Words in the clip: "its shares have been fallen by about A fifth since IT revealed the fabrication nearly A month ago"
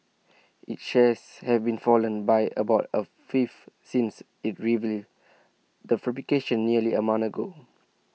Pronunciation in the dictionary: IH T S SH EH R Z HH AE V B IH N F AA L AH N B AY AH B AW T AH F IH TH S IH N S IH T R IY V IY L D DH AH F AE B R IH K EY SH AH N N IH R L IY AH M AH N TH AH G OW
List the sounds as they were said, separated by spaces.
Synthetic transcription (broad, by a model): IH T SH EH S HH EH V B IH N F AA L AH N B AY AH B AW T AH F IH F S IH N S IH T R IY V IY D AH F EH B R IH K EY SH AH N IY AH L IY AH M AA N AH G OW